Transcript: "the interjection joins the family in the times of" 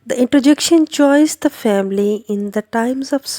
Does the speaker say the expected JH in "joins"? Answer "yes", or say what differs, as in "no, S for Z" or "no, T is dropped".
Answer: no, CH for JH